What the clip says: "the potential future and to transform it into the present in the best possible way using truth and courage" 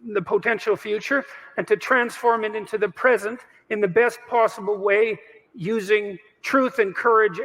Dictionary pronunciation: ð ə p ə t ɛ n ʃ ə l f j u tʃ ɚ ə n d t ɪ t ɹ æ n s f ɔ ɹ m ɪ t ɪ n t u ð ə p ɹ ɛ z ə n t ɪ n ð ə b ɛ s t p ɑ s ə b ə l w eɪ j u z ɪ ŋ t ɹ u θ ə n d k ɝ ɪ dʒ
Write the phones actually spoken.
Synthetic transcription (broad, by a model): ð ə p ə t ɛ n ʃ l f j u tʃ ɚ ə n t ɪ t ɹ æ n s f ɔ ɹ m ɪ t ɪ n t u ð ə p ɹ ɛ z ə n t ɪ n ð ə b ɛ s t p ɑ s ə b l w eɪ j u z ɪ ŋ t ɹ u θ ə n k ɝ ɪ dʒ